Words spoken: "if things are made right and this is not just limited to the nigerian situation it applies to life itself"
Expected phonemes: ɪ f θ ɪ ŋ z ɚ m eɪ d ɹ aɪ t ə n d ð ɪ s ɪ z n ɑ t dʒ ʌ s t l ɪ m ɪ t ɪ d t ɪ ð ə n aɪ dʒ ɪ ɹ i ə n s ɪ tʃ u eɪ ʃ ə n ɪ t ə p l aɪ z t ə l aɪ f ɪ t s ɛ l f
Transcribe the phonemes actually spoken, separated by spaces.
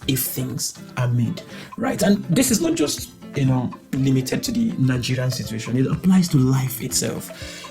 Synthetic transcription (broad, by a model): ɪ f θ ɪ ŋ z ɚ m eɪ d ɹ aɪ t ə n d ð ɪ s ɪ z n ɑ t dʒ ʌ s t l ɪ m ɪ t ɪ d t ɪ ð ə n aɪ dʒ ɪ ɹ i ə n s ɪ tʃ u eɪ ʃ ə n ɪ t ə p l aɪ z t ə l aɪ f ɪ t s ɛ l f